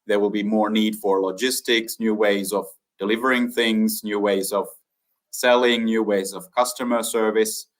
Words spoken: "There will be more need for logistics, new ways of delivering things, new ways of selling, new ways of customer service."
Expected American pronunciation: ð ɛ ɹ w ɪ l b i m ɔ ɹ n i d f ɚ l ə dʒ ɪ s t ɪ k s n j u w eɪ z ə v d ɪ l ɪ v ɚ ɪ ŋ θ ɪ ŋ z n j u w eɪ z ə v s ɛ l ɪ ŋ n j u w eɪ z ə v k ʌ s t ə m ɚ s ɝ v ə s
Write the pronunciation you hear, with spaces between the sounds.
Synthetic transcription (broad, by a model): ð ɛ ɹ w ɪ l b i m ɔ ɹ n i d f ɚ l ə dʒ ɪ s t ɪ k s n j u w eɪ z ə v d ɪ l ɪ v ɚ ɪ ŋ θ ɪ ŋ z n j u w eɪ z ə v s ɛ l ɪ ŋ n j u w eɪ z ə v k ʌ s t ə m ɚ s ɝ v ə s